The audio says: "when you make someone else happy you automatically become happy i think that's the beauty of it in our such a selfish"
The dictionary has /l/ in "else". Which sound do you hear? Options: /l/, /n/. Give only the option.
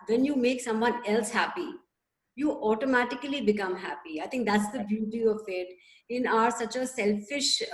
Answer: /l/